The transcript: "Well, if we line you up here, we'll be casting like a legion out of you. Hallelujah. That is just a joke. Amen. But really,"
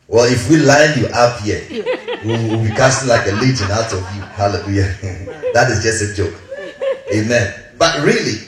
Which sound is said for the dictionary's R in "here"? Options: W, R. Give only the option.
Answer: W